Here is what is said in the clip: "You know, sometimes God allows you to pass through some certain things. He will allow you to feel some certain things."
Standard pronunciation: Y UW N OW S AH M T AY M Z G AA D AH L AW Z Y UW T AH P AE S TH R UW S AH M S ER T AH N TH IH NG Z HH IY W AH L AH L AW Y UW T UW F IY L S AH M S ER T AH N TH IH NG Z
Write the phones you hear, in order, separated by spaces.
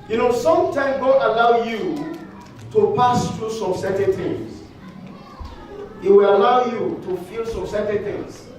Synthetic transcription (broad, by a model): Y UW N OW S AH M T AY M G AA AH L AW Y UW T AH P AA S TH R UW S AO M S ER T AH N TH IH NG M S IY W AH L AH L AW Y UW T UW F IY L S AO M S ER T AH N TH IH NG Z